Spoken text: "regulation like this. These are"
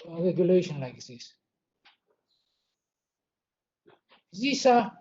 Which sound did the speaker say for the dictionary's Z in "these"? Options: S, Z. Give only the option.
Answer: S